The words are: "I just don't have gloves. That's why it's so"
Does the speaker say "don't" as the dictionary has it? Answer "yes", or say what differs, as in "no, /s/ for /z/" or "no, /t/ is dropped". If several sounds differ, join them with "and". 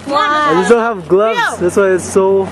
no, /l/ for /n/